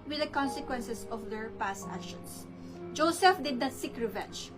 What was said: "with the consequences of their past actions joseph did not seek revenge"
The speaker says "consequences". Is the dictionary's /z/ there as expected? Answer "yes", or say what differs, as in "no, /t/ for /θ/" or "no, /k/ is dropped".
no, /s/ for /z/